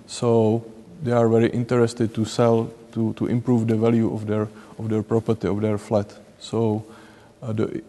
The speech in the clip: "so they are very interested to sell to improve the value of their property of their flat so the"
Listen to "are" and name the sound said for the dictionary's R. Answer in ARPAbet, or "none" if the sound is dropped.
R